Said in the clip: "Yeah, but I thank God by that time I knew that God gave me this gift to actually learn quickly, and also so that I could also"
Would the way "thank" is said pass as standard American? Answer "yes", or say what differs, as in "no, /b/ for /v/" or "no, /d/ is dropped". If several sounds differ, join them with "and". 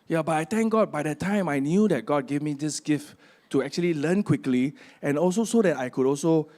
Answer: no, /t/ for /θ/